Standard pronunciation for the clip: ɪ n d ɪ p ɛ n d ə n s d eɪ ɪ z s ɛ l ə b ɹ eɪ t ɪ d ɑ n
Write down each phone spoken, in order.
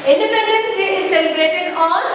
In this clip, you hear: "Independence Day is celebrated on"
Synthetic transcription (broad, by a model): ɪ n d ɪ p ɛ n d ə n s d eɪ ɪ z s ɛ l ə b ɹ eɪ t ɪ d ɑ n